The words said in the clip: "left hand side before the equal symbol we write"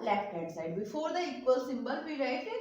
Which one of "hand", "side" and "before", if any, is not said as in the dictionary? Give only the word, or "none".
hand